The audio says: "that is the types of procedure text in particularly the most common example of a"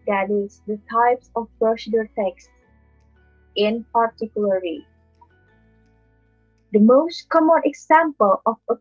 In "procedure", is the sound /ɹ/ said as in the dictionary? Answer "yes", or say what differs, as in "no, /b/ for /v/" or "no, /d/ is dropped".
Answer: no, /ɹ/ is dropped